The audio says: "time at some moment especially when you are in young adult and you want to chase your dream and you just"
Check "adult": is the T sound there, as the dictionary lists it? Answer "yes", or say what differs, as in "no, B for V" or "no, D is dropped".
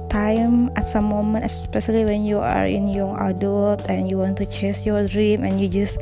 yes